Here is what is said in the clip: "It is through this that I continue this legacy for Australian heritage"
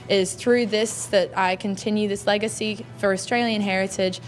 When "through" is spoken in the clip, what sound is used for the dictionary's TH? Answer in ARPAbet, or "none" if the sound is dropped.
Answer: TH